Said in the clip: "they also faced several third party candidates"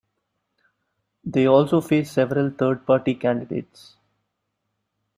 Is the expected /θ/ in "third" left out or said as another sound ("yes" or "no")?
yes